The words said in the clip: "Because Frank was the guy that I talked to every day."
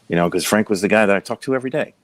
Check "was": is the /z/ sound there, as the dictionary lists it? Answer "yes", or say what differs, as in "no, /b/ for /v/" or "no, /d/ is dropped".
yes